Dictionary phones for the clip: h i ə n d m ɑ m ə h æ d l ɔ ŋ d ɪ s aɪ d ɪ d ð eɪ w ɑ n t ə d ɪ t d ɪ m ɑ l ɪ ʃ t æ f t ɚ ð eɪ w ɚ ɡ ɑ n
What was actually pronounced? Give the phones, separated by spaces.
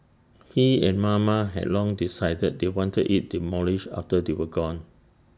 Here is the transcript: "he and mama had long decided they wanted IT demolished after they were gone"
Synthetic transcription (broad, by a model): h i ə n m ɑ m ə h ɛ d l ɔ ŋ d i s aɪ d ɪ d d eɪ w ɑ n t ə d ɪ t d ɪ m ɑ l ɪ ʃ ɑ f t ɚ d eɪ w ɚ ɡ ɑ n